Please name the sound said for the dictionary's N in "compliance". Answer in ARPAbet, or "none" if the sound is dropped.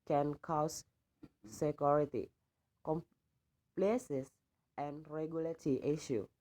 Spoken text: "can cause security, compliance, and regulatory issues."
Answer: none